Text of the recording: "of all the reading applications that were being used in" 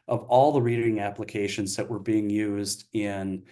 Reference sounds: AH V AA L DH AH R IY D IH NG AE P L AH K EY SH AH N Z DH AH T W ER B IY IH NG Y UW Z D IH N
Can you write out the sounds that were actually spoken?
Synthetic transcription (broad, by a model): AH V AA L DH AH R IY D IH NG AE P L AH K EY SH AH N Z DH AH T W ER B IY IH NG Y UW Z D IH N